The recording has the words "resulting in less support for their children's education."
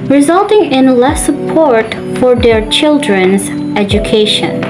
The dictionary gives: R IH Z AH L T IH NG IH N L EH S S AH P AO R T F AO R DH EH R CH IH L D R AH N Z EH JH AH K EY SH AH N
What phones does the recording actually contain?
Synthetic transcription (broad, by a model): R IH Z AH L T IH NG IH N L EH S S AH P AO R T F AO R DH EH R CH IH L D R AH N Z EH JH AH K EY SH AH N